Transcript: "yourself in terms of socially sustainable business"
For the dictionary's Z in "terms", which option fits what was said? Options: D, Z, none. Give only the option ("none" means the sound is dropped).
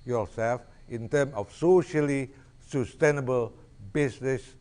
none